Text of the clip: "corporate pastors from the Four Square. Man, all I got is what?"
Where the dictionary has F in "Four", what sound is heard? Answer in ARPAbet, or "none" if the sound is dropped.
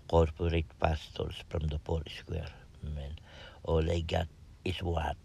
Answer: P